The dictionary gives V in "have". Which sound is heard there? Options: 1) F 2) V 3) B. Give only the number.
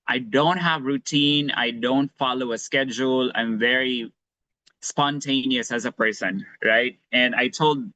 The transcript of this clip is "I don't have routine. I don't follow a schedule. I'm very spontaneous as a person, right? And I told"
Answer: 2